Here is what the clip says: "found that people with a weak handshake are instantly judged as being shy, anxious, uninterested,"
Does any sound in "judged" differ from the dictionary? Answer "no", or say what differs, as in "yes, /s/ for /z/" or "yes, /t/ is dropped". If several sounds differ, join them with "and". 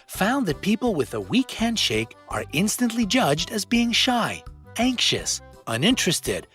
no